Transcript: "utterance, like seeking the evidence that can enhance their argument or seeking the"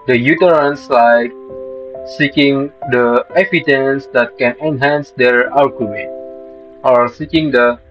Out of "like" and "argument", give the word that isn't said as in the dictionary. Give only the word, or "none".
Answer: argument